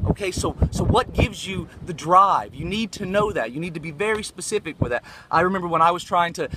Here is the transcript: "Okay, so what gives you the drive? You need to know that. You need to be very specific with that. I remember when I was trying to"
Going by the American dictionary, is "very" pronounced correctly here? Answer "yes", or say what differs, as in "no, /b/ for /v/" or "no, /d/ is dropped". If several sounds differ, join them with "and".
yes